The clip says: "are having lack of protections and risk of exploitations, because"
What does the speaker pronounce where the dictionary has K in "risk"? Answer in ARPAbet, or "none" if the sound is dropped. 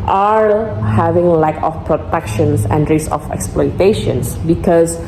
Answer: none